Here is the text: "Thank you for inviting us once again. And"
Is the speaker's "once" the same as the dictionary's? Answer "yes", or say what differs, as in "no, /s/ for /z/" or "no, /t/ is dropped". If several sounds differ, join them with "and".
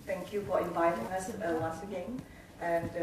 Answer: no, /l/ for /n/